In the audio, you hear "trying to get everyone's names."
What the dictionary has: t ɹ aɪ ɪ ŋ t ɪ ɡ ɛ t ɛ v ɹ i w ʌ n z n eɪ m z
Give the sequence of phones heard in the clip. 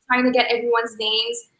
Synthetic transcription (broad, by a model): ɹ aɪ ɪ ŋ t ɪ ɡ ɛ t ɛ v ɹ i w ʌ n z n eɪ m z